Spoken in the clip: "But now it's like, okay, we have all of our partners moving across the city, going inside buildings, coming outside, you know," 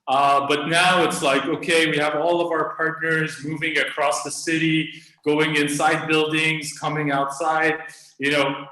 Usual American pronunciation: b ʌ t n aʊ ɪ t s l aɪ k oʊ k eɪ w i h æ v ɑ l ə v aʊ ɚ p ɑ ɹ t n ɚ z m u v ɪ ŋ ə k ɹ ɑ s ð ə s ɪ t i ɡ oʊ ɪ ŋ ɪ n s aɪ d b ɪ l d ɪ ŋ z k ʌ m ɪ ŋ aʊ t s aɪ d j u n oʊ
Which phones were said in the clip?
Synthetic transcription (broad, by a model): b ʌ t n aʊ ɪ t s l aɪ k oʊ k eɪ w i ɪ v ɑ l ə v aʊ ɚ p ɑ ɹ t n ɚ z m u v ɪ ŋ ə k ɹ ɑ s ð ə s ɪ t i ɡ oʊ ɪ ŋ ɪ n s aɪ d b ɪ l d ɪ ŋ z k ʌ m ɪ ŋ aʊ t s aɪ d j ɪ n oʊ